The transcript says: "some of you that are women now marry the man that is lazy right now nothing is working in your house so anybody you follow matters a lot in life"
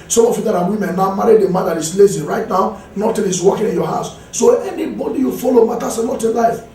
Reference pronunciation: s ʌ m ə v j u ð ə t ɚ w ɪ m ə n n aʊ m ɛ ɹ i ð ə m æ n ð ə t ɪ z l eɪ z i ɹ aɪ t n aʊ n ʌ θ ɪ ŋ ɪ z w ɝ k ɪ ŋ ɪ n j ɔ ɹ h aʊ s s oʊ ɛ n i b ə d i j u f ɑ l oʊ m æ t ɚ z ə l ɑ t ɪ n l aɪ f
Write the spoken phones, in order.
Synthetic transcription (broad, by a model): s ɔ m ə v j u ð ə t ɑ w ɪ m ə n n aʊ m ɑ ɹ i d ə m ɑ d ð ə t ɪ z l eɪ z i ɹ aɪ t n aʊ n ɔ t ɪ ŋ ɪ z w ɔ k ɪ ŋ ɪ n j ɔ h aʊ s s oʊ ɛ n i b ə d i j u f ɑ l oʊ m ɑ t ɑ s ə n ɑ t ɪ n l aɪ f